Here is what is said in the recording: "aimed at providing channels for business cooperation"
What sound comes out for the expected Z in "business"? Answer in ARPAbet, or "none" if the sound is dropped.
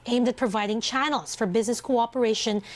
Z